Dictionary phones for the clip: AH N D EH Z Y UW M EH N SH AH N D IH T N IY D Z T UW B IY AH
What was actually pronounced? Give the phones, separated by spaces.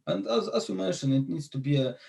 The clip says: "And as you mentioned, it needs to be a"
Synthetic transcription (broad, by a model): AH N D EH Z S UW M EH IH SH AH N IH T N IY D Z T UW B IY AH